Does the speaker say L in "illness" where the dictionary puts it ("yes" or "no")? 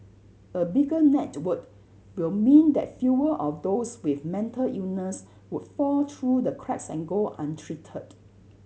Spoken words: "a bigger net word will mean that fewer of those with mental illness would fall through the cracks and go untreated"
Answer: no